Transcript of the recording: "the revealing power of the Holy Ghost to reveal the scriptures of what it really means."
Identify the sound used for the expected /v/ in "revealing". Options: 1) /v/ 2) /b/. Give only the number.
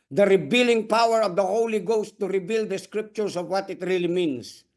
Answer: 2